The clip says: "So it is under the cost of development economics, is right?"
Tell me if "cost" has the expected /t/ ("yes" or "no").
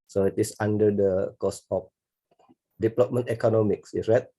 no